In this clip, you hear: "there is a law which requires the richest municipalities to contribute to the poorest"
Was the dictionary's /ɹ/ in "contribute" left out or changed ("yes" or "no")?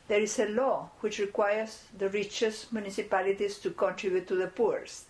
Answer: no